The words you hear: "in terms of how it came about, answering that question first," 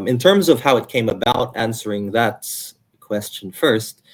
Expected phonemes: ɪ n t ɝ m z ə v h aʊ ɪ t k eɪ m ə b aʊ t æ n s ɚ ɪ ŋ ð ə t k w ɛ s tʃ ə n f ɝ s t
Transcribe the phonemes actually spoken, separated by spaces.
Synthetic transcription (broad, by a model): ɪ n t ɝ m z ə v h aʊ ɪ t k eɪ m ə b aʊ t æ n s ɚ ɪ ŋ ð ə t k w ɛ s tʃ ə n f ɝ s t